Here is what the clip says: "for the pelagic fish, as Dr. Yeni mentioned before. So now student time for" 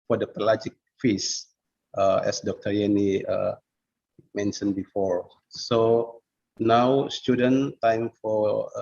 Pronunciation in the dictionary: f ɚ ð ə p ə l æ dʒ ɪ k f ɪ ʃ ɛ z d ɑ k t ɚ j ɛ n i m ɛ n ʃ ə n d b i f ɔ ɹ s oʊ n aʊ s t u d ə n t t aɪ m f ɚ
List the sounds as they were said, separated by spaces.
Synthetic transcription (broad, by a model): f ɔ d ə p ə l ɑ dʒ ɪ k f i s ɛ s d ɑ k t ɚ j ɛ n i m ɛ n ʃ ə n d b i f ɔ ɹ s oʊ n aʊ s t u d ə n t t aɪ m f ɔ